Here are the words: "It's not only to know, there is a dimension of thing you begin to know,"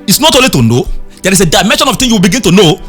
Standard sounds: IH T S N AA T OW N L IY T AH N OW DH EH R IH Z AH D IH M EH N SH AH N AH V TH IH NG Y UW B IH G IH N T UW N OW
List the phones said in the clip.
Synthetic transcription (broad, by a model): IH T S N AA T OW L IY T AH N OW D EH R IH S AH D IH M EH N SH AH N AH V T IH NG Y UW B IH G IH N T UW N OW